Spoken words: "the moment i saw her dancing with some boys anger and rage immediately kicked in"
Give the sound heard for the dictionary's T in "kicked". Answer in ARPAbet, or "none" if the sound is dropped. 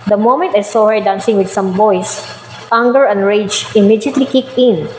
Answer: none